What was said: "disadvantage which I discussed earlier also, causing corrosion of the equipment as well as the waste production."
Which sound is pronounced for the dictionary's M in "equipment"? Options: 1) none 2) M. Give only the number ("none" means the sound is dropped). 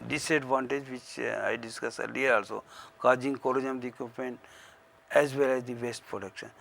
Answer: 1